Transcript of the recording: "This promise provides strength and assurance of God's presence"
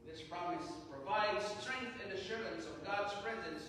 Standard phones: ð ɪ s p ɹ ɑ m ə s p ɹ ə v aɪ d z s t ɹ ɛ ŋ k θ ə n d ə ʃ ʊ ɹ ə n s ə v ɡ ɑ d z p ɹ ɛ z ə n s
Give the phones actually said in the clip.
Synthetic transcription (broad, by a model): ð ɪ s p ɹ ɑ m ə s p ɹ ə v aɪ d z s t ɹ ɛ ŋ k θ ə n ə ʃ ʊ ɹ ə n s ə v ɡ ɑ d z p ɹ ɛ z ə n s